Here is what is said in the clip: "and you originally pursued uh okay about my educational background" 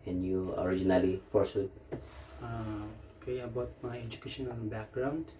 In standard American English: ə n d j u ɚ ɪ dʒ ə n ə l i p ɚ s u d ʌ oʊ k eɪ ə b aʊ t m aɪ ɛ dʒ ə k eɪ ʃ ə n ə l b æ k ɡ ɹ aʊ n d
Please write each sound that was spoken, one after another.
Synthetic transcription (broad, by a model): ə n j u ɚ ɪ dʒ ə n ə l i f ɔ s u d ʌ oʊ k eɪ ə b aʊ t m aɪ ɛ dʒ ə k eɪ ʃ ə n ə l b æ k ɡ ɹ aʊ n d